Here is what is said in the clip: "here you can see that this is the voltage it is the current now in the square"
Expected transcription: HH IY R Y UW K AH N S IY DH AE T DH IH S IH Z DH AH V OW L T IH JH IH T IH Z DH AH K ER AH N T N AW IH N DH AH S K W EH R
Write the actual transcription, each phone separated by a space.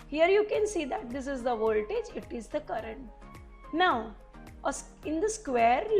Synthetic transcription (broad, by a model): HH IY R Y UW K AH N S IY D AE T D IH S IH Z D AH V OW L T IH JH IH T IH Z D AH K ER AH N T N AW IH N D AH S K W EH R